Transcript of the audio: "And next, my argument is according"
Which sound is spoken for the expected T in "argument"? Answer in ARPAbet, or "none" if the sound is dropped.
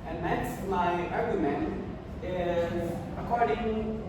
none